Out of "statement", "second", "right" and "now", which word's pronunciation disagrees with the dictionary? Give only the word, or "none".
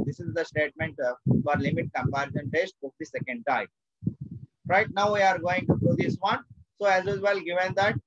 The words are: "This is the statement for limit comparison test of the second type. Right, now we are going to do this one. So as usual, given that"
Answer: none